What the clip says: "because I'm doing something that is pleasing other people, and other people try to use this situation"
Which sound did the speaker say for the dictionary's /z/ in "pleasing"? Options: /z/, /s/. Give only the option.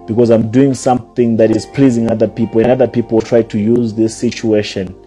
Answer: /z/